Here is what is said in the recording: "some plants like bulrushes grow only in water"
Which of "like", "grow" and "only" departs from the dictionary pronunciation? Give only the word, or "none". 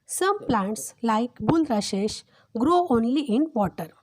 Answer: none